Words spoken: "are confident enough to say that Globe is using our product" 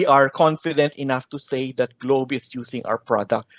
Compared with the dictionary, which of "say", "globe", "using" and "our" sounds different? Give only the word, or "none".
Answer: using